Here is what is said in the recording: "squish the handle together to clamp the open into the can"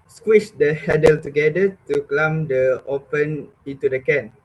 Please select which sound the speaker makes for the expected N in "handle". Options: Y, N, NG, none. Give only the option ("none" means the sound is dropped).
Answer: none